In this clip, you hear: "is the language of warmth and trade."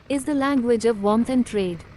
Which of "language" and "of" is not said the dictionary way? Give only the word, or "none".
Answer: none